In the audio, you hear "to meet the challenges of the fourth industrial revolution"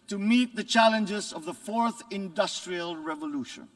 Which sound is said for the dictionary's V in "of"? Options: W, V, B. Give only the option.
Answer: V